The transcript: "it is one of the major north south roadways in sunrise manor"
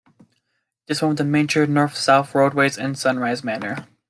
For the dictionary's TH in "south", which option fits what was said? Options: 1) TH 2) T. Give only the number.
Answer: 1